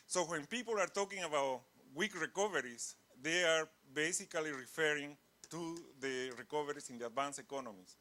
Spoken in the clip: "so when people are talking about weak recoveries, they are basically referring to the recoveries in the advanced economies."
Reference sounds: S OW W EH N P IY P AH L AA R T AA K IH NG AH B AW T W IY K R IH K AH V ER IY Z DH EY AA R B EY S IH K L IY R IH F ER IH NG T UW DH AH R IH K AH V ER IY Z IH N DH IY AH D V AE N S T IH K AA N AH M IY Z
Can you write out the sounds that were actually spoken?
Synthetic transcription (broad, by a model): S OW W EH N P IY P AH L AA R T AA K IH NG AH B AW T W IY K R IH K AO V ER IY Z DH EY AA R B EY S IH K L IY R IH F ER IH NG T UW DH AH R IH K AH V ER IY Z IH N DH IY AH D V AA N S IH K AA N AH M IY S